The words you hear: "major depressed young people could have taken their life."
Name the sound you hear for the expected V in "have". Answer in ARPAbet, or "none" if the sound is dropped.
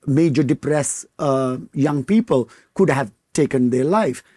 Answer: V